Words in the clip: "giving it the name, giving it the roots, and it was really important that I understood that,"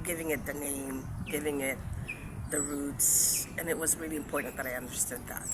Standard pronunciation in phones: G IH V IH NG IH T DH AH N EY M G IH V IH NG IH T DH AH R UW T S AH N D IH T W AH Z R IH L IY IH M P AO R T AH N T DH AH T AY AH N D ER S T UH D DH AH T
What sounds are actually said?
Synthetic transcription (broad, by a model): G IH V IH NG IH T DH AH N EY M G IH V IH NG IH T DH AH R UW T S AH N IH T W AH Z R IH L IY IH M P AO R T N DH AH T AY AH N D ER S T UH D DH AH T